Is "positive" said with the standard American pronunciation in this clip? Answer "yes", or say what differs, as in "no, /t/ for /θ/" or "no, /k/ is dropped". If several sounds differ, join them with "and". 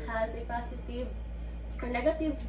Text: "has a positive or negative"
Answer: no, /s/ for /z/